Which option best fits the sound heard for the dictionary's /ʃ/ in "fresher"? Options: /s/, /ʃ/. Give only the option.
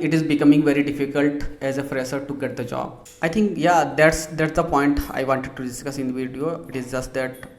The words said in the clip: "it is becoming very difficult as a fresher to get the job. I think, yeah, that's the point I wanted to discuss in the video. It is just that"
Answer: /s/